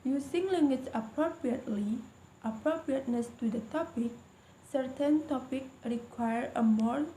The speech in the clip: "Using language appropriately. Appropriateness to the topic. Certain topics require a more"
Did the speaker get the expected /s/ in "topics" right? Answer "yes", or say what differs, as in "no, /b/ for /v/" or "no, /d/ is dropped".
no, /s/ is dropped